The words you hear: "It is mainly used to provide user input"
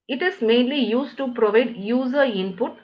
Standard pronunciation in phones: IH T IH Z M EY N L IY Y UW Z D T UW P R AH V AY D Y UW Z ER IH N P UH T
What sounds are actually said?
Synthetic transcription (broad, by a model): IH T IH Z M EY N L IY Y UW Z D T UW P R AH V AY D Y UW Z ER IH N P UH T